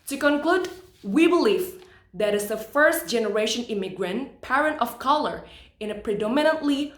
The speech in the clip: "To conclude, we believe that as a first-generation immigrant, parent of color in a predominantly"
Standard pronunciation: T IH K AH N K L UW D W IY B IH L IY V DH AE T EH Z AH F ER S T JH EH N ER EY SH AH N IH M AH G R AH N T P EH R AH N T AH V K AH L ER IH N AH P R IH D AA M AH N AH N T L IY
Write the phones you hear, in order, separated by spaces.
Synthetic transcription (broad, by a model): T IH K AH N K L UW D W IY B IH L IY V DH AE T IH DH AH F ER S T JH EH N ER EY SH AH N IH M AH G R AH N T P EH R AH N T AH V K AH L ER IH N AH P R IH D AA M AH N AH N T L IY